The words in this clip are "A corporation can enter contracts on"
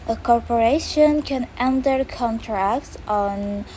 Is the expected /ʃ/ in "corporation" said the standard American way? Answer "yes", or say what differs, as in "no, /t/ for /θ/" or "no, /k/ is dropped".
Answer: yes